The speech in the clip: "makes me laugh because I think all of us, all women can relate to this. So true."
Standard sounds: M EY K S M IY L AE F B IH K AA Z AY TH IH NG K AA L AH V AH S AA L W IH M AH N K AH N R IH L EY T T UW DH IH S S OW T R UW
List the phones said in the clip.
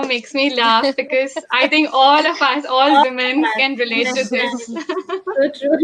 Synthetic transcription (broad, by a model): M EY K S M IY L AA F B IH K AA Z AY T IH NG K AA L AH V AH S AA L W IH M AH N K AH N R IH L EY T T UW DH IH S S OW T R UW